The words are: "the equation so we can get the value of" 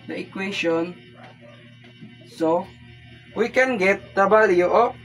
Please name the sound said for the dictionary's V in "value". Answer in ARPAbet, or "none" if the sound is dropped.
B